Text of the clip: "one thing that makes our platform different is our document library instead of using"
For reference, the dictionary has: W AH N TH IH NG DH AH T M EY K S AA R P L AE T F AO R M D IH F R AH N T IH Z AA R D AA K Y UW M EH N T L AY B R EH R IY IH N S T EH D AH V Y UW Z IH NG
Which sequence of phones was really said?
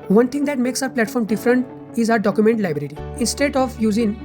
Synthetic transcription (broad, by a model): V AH N T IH NG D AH T M EY K S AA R P L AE T F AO R M D IH F R AH N T IH Z AA R D AA K Y UW M EH N T L AY B R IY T IY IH N S T EH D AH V Y UW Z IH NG